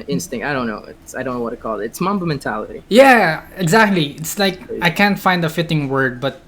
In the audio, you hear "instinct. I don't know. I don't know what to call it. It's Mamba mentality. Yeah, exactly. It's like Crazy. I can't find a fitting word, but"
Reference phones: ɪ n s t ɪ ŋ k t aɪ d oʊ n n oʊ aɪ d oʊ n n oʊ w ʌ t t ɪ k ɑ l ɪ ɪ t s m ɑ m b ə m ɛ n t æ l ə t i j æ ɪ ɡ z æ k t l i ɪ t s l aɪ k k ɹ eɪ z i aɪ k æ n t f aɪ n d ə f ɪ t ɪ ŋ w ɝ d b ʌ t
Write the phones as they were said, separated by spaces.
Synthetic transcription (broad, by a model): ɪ n s t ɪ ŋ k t aɪ d oʊ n n oʊ aɪ d oʊ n n oʊ w ʌ t t ɪ k ɑ l ɪ ɪ t s m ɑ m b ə m ɛ n t æ l ə t i j æ ɪ ɡ z æ k t l i ɪ t s l aɪ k k ɑ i k æ n t f aɪ n d ə f ɪ t ɪ ŋ w ɝ d b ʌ t